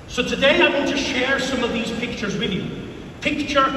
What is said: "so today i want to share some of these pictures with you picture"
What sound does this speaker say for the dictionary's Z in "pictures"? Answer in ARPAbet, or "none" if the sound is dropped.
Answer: Z